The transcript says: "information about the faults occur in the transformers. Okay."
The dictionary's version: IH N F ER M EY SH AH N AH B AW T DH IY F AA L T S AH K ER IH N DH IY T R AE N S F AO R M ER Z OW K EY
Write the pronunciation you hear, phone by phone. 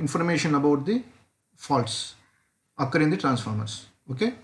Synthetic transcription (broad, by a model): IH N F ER M EY SH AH N AH B AW T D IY F AA L T S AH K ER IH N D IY T R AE N S F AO R M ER S OW K EY